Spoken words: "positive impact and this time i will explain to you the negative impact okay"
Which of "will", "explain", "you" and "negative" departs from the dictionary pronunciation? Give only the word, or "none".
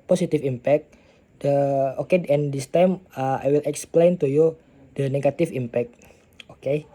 negative